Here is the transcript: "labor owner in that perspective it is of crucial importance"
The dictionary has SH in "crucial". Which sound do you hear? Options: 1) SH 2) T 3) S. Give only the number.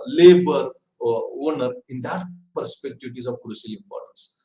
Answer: 3